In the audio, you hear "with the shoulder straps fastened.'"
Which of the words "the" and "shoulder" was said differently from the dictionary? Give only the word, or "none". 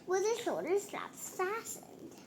shoulder